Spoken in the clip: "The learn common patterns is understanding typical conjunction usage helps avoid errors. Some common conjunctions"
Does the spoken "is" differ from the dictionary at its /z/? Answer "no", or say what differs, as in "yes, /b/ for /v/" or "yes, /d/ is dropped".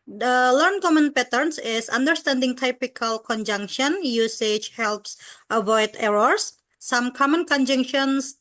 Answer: yes, /s/ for /z/